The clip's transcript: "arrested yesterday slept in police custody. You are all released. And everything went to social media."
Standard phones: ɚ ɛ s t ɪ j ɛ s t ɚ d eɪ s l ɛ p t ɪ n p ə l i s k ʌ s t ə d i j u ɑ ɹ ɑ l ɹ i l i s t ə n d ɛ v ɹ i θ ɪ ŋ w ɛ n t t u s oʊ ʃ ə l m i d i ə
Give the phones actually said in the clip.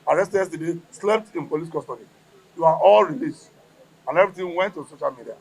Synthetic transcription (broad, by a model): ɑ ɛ s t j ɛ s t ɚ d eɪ s l ɛ p t ɪ n p ə l i s k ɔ s t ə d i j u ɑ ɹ ɑ l ɹ i l i s t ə n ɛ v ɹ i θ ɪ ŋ w ɛ n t t u s oʊ ʃ ə l m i d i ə